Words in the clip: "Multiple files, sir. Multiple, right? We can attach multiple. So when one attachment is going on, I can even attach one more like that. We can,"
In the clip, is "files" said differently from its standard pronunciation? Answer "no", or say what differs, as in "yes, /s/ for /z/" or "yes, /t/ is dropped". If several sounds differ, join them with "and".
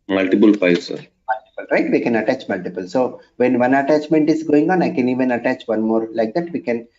yes, /p/ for /f/